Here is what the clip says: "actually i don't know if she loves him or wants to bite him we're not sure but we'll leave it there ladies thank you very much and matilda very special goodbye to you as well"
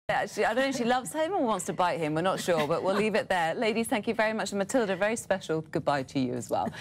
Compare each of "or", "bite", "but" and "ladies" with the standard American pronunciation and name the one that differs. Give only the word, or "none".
or